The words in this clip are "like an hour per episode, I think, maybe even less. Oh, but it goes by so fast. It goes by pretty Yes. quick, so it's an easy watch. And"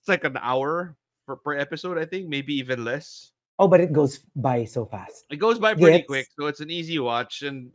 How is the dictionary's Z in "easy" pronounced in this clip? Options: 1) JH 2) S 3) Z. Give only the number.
3